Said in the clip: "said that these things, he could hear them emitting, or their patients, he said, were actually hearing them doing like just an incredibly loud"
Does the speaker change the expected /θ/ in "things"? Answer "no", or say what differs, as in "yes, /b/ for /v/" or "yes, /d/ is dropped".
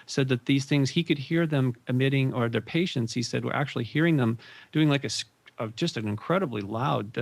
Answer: no